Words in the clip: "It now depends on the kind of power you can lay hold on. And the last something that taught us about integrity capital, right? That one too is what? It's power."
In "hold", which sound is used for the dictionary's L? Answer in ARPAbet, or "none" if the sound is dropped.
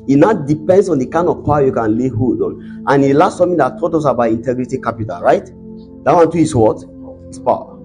none